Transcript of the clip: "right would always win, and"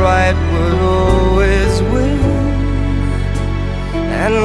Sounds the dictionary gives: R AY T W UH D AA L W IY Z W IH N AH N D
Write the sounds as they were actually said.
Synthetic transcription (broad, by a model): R AY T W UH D AA L W IY Z W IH AH N